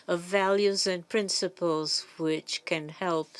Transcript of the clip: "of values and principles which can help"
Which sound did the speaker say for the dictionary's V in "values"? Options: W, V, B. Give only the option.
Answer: V